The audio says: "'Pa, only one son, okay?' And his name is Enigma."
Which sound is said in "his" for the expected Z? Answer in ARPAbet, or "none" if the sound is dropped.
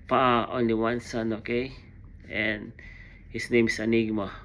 S